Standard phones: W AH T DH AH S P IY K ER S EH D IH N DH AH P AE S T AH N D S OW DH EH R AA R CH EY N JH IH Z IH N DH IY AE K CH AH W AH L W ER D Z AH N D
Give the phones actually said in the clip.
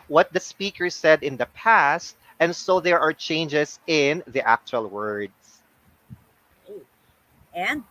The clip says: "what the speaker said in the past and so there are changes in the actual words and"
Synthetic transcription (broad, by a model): W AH T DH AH S P IY K ER S EH D IH N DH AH P AE S T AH N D S OW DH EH R AA R CH EY N JH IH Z IH N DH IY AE K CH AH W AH L W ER D S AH N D